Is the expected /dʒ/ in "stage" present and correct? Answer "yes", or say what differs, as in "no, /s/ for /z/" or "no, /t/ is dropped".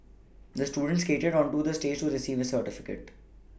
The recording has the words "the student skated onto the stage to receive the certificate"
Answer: yes